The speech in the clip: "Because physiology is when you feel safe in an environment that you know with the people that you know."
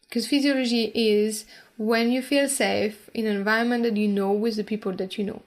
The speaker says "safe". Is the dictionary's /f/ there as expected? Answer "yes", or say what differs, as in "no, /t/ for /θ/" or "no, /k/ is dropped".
no, /f/ is dropped